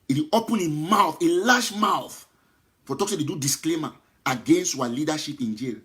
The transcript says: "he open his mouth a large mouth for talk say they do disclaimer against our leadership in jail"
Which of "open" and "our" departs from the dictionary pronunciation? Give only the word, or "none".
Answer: our